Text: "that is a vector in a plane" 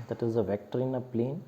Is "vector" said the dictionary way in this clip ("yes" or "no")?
yes